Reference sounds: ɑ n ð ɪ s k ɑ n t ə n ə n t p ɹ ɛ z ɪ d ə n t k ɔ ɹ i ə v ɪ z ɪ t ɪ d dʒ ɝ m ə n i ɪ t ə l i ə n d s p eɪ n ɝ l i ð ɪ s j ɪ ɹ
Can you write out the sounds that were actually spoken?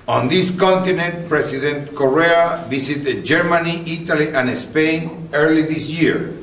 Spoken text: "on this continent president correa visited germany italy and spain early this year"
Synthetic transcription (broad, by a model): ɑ n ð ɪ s k ɑ n t ə n ə n t p ɹ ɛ s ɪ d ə n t k ɔ ɹ i ə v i s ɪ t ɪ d dʒ ɝ m ə n i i t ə l i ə n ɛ s p eɪ n ɝ l i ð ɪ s j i ɹ